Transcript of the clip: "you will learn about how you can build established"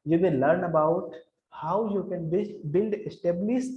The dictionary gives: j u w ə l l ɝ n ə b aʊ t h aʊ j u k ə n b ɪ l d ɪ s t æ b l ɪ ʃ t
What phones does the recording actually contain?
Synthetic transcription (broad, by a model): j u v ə n l ɝ n ə b aʊ t h aʊ j u k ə n b ɪ l d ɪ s t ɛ b l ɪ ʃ